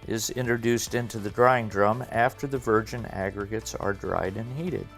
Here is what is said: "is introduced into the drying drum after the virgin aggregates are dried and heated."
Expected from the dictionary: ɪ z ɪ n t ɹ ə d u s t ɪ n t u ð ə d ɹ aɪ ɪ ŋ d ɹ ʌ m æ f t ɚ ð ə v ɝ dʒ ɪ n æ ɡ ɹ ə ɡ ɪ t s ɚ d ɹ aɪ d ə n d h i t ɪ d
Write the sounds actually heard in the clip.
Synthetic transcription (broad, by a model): ɪ z ɪ n t ɹ ə d u s t ɪ n t u ð ə d ɹ aɪ ɪ ŋ d ɹ ʌ m æ f t ɚ ð ə v ɝ dʒ ɪ n æ ɡ ɹ ə ɡ ɪ t s ɚ d ɹ aɪ d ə n h i t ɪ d